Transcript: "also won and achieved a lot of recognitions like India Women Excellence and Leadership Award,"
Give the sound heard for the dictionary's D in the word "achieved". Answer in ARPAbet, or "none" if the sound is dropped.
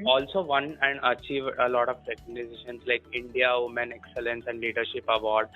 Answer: none